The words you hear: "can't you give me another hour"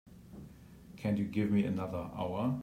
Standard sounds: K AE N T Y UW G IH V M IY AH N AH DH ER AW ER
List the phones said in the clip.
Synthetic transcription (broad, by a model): K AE N Y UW G IH V M IY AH N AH DH ER AW ER